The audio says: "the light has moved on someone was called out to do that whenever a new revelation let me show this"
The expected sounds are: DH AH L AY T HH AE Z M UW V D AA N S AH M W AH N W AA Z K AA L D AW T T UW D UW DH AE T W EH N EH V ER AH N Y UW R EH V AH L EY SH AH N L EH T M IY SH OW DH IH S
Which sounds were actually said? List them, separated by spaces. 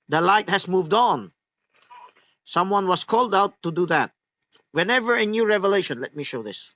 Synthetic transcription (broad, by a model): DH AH L AY T HH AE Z M UW V D AA N S AH M W AH N W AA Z K AA L D AW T T UW D UW DH AE T W EH N EH V ER AH N Y UW R EH V AH L EY SH AH N L EH T M IY SH OW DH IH S